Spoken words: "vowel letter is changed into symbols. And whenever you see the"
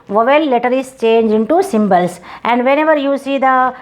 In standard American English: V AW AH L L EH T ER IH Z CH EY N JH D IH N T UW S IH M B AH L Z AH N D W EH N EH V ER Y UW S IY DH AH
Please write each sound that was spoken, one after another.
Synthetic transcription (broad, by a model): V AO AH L L EH T ER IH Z CH EY N JH IH N T UW S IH M B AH L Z AH N D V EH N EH V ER Y UW S IY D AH